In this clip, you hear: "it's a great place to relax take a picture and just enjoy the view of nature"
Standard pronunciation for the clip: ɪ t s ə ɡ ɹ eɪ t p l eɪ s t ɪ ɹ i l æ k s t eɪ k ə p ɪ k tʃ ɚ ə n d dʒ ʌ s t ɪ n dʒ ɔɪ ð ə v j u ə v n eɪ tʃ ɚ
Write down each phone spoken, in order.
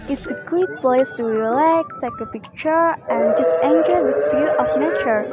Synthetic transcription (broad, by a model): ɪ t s ə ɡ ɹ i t p l eɪ s t ɪ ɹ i l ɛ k t eɪ k ə p ɪ k tʃ ɚ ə n dʒ ʌ s t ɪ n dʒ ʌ ð ə f j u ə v n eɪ tʃ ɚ